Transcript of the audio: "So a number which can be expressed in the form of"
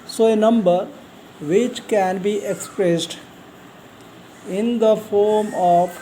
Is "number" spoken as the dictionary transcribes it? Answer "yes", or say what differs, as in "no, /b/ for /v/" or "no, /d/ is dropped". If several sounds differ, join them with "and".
yes